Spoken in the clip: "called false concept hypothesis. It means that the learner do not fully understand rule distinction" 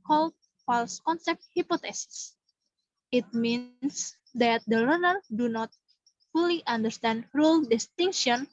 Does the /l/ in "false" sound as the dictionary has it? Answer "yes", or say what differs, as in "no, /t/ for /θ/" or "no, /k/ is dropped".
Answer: yes